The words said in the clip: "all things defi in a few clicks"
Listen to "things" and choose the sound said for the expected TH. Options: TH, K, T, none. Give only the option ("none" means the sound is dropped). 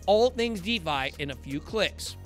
TH